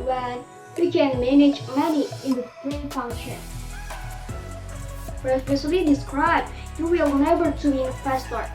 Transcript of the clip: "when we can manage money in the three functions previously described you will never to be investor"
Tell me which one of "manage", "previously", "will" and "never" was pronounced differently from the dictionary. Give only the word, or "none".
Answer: previously